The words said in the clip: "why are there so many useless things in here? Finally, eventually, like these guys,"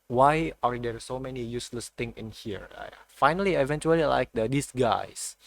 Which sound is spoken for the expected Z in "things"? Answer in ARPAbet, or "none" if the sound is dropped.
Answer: none